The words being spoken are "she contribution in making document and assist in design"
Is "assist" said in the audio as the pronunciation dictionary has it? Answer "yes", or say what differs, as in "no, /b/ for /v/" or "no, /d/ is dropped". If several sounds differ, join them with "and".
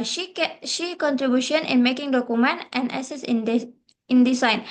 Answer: no, /t/ is dropped